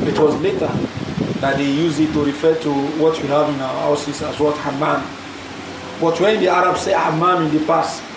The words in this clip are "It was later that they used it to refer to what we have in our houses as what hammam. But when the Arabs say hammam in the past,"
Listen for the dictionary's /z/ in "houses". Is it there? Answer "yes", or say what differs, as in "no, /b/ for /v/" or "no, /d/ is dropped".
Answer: no, /s/ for /z/